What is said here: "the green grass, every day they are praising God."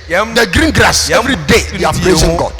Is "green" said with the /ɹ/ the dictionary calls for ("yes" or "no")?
yes